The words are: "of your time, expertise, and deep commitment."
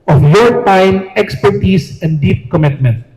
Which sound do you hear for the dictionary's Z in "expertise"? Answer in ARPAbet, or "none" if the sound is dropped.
S